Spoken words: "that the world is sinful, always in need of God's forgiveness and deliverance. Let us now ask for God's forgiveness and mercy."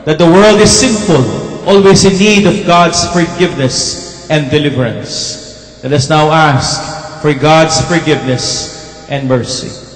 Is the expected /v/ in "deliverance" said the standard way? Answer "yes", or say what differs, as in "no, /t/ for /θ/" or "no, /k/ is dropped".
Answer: yes